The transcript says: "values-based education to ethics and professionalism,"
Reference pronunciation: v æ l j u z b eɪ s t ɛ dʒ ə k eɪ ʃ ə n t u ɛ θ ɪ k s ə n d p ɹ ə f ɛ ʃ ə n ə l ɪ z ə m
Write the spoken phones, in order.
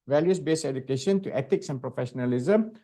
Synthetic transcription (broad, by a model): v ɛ l j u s b eɪ s ɛ dʒ ə k eɪ ʃ ə n t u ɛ t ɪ k s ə n p ɹ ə f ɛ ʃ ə n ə l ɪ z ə m